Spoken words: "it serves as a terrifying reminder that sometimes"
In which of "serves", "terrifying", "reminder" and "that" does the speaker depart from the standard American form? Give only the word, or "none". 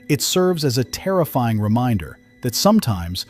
none